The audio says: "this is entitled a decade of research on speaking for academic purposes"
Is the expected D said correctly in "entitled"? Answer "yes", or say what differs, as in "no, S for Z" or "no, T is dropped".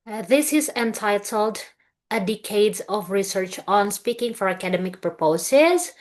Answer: yes